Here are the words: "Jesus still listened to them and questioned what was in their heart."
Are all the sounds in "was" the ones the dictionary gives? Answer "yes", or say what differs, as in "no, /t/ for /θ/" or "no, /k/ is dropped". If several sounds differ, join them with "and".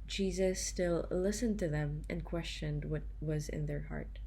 yes